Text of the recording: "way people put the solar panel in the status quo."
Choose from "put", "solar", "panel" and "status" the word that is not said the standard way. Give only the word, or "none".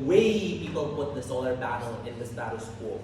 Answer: panel